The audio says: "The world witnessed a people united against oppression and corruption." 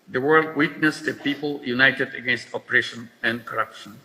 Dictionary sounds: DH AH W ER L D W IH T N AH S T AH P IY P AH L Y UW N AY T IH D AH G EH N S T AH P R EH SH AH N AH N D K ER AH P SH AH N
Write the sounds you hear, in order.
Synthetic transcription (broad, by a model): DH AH W ER L D W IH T N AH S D AH P IY P AH L Y UW N AY T IH D AH G EH N S T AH P R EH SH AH N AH N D K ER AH P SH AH N